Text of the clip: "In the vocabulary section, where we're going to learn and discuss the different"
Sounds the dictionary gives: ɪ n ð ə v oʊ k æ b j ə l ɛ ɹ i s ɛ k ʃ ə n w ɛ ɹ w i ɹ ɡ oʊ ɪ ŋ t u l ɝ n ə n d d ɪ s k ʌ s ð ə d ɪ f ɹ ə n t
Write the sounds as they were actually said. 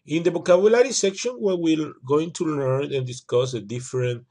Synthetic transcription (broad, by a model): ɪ n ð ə b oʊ k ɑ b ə l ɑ ɹ i s ɛ k ʃ ə n w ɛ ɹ w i l ɡ oʊ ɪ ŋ t u l ɝ n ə n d d ɪ s k ʌ s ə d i f ɹ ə n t